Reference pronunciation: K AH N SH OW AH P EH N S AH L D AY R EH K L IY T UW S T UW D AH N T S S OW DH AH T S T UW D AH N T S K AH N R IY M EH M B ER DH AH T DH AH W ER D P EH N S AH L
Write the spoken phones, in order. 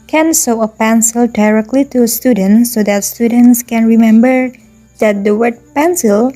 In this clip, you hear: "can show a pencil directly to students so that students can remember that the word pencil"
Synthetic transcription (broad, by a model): K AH N S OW AH P EH N S AH L D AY R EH K L IY T UW S T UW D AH N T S S OW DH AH T S T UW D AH N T S K AH N R IY M EH M B ER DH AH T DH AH W ER D P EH N S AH L